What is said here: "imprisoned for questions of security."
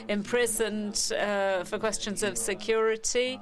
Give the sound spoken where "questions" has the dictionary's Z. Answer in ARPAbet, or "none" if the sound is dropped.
Z